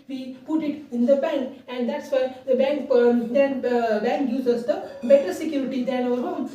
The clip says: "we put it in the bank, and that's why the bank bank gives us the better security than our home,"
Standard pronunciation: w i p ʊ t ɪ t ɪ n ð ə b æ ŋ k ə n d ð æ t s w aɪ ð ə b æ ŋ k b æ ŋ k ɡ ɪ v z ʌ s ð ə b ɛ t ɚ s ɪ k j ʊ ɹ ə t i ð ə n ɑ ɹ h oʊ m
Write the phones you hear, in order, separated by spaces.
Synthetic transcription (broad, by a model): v i p ʊ t ɪ t ɪ n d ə b æ ŋ k ə n d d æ t s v aɪ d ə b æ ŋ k b æ ŋ k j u z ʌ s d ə b ɛ t ɚ s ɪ k j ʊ ɹ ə t i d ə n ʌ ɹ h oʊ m